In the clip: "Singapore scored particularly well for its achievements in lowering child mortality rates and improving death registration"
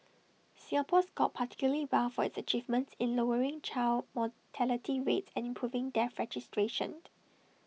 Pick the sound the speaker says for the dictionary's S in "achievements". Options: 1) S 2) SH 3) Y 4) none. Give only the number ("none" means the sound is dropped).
1